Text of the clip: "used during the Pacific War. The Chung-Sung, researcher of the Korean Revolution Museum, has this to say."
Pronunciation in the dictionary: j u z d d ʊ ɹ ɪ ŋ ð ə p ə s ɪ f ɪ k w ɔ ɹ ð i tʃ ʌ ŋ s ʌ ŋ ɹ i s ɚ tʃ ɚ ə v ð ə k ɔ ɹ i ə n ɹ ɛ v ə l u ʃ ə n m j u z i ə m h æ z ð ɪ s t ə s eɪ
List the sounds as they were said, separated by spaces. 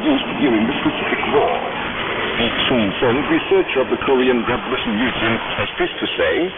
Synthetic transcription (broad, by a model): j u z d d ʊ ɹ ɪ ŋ ð ə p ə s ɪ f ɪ k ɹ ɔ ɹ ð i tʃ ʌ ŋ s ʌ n ɹ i s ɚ tʃ ɚ ə v ð ə k ɔ ɹ i ə n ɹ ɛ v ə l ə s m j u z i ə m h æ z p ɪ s t ə s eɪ